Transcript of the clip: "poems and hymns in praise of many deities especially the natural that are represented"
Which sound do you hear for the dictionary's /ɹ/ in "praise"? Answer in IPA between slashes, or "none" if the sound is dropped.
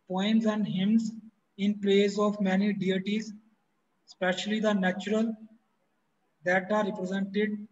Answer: /l/